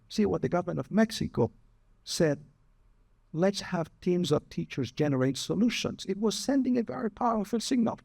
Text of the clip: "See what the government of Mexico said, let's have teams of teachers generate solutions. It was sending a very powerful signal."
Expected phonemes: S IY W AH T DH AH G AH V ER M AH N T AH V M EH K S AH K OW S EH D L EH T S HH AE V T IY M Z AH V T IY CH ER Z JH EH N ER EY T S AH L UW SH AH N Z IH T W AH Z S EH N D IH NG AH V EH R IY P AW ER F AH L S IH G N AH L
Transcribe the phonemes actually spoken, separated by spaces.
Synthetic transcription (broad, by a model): S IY W AH T DH AH G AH V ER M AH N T AH V M EH K S AH K OW S EH D L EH T S HH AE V T IY M Z AH V T IY CH ER Z JH EH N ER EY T S AH L UW SH AH N Z IH T W AH Z S EH N D IH NG AH V EH R IY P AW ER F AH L S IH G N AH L